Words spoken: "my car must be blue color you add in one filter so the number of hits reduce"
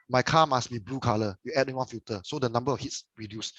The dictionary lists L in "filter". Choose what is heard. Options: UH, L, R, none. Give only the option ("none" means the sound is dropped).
none